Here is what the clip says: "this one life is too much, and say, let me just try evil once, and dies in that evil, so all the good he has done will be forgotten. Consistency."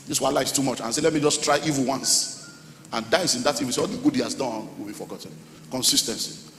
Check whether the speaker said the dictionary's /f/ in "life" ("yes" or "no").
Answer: no